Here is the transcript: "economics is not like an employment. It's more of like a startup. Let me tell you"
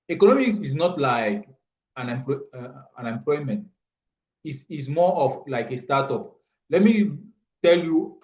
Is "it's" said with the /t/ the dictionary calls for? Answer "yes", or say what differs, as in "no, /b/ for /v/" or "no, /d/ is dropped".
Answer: no, /s/ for /t/